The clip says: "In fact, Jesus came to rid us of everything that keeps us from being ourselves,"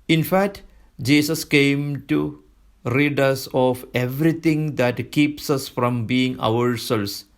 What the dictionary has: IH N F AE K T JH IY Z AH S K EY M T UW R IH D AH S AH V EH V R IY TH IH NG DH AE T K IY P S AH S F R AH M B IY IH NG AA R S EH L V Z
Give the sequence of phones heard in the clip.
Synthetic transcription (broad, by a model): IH N F AE K T JH IY S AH S K EY M T UW R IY D AH S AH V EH V R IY T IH NG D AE T K IY P S AH S F R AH M B IY IH NG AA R S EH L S